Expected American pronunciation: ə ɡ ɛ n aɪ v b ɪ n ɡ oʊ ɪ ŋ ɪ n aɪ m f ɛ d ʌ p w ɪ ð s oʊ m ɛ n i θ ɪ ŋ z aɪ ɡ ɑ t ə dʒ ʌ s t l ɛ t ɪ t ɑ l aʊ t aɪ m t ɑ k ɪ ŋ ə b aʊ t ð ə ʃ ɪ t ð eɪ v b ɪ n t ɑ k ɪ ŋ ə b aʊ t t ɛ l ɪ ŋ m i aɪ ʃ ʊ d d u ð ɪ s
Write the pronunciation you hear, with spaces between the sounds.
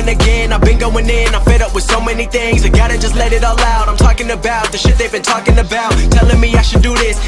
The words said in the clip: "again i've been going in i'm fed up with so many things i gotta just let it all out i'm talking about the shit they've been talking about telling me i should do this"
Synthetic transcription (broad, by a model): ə ɡ ɛ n aɪ v b ɪ n ɡ oʊ ɪ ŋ ɪ n aɪ f ɛ d ʌ p w ɪ ð s oʊ m ɛ n i θ ɪ ŋ z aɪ ɡ ɑ t ə dʒ ʌ s t l ɛ t ɪ t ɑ l aʊ t aɪ m t ɑ k ɪ ŋ ə b aʊ t ð ə ʃ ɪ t ð eɪ v b ɪ n t ɑ k ɪ ŋ ə b aʊ t t ɛ l ɪ ŋ m i aɪ ʃ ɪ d d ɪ ð ɪ s